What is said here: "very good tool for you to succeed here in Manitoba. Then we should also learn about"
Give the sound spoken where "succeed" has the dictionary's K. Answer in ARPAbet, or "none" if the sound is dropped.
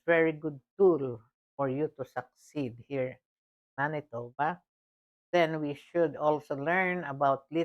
K